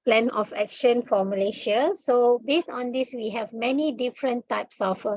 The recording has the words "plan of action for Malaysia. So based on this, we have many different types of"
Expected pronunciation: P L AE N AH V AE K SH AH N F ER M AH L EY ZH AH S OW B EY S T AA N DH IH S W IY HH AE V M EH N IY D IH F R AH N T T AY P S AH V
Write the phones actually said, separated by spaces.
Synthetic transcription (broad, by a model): P L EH N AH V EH K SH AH N F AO M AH L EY SH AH S OW B EY S T AA N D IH S W IY HH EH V M EH N IY D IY F R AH N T T AY P S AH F